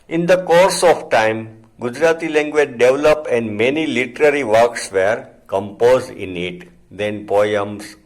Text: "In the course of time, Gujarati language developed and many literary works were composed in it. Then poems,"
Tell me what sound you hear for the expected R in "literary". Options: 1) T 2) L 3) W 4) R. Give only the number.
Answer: 4